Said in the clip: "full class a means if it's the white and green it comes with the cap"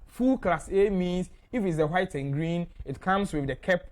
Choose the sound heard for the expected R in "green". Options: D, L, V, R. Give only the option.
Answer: R